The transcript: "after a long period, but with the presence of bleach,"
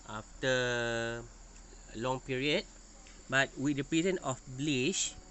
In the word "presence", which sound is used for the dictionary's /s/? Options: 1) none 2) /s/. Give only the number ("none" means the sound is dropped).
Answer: 1